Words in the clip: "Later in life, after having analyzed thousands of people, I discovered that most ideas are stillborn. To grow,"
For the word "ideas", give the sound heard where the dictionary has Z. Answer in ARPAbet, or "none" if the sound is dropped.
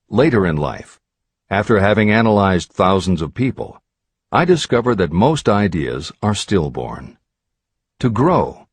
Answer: Z